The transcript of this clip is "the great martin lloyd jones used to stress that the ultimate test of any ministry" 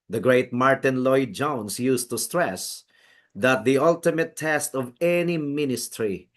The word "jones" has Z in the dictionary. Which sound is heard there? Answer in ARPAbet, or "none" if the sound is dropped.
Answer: S